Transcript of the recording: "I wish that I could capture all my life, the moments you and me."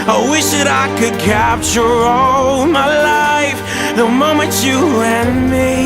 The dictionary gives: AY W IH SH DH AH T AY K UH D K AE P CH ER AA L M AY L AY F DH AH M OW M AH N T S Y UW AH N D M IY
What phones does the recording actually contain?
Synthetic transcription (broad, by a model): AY W IH SH DH AH T AY K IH D K AE P CH ER AA L M AY L AY F DH AH M OW M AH N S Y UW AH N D M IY